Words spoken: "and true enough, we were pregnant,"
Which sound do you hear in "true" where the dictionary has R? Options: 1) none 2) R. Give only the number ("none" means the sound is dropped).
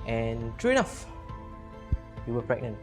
2